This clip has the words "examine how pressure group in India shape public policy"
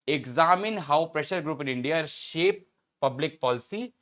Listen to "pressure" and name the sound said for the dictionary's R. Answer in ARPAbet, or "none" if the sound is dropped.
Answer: R